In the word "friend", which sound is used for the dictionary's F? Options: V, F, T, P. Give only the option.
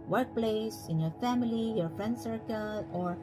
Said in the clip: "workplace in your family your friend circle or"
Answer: F